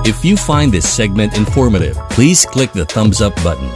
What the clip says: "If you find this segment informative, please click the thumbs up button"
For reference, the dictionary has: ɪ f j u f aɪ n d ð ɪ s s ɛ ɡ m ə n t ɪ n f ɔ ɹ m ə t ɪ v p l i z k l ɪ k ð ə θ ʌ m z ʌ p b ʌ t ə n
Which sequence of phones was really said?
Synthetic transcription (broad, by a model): ɪ f j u f aɪ n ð ɪ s s ɛ ɡ m ə n t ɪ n f ɔ ɹ m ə t ɪ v p l i z k l ɪ k ð ə θ ʌ m z ʌ p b ʌ t n